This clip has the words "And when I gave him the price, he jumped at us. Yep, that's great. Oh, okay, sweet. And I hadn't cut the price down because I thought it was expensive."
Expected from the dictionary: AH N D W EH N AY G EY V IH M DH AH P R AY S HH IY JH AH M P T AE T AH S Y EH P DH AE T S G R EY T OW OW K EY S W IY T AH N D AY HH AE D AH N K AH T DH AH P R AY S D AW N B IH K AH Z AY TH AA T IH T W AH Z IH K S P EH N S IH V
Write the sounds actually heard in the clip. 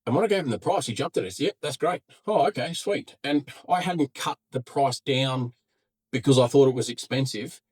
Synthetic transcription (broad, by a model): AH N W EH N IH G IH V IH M DH AH P R AY S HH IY JH AH M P T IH T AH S Y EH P DH AE T S G R EY T OW OW K EY S W IY T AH N AY HH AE D N K AH T DH AH P R AY S D AW N B IH K AH Z AY TH AA T IH T W AH Z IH K S P EH N S IH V